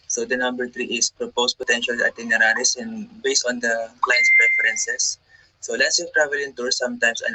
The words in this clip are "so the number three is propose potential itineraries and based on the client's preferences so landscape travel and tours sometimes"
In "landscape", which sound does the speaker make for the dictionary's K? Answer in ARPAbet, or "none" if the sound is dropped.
none